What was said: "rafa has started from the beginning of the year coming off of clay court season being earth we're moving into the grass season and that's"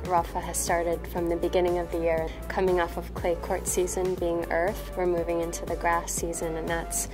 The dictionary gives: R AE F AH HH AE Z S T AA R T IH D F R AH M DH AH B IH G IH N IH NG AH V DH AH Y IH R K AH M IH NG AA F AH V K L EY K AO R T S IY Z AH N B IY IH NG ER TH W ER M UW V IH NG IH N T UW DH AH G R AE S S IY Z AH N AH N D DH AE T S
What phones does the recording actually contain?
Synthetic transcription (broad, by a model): R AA F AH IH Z S T AA R T IH D F R AH M DH AH B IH G IH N IH NG AH V DH AH Y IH R K AH M IH NG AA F AH V K L EY K AO R T S IY Z AH N B IY IH NG ER TH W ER M UW V IH NG IH N T UW DH AH G R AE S S IY Z AH N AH N DH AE T S